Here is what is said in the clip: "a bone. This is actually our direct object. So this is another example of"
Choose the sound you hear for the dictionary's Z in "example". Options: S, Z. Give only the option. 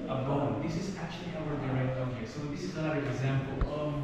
Z